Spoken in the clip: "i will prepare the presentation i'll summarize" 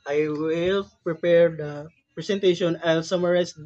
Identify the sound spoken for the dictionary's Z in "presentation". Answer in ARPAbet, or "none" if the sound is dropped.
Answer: S